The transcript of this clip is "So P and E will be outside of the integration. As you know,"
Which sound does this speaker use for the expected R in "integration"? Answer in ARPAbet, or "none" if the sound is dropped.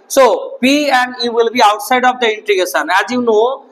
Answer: none